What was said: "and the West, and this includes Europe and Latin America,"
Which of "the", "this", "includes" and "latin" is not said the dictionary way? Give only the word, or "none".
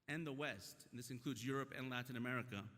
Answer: none